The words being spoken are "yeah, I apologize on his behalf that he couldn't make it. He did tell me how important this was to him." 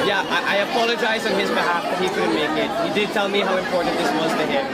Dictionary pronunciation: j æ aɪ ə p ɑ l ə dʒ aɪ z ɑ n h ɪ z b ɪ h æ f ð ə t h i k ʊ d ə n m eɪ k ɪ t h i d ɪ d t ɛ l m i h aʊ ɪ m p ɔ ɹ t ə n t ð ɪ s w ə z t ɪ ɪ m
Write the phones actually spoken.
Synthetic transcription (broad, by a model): j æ aɪ ə p ɑ l ə dʒ aɪ z n ɪ z b ɪ h æ f ð ə t h i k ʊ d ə m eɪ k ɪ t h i d ɪ d t ɛ l m i h aʊ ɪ m p ɔ ɹ t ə n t ð ɪ s w ə z t ɪ ɪ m